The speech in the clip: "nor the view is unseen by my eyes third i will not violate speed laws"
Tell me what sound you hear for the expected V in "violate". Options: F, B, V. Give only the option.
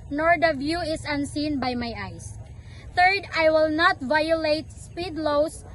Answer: V